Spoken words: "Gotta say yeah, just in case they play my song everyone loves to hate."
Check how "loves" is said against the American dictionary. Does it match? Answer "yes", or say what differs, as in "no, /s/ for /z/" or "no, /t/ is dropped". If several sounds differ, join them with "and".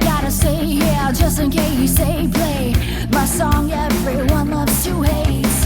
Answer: no, /s/ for /z/